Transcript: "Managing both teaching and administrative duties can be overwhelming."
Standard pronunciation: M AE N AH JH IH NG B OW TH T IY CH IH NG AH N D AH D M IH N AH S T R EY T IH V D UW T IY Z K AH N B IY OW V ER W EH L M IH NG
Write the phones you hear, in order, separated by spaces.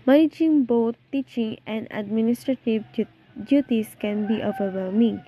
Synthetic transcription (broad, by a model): M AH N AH JH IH NG B OW T T IY CH IH NG AH N D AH D M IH N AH S T R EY T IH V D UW T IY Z K AH N B IY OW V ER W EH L M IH NG